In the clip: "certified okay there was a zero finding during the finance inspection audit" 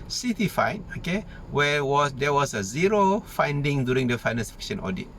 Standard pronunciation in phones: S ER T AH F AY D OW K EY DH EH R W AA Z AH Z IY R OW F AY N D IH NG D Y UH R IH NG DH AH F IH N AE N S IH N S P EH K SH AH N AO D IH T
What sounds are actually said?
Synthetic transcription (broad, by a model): S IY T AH F AY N OW K EY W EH W W AA S AH Z IY R OW F AY N D IH NG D Y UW R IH NG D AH F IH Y N IH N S F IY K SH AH N AO D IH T